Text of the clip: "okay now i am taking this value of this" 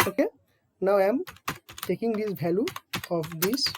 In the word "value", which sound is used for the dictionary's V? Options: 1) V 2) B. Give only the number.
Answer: 2